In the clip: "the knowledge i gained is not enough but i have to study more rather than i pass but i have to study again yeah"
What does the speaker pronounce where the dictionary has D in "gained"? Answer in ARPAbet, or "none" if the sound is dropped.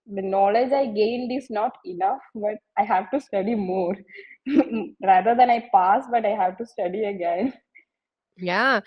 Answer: D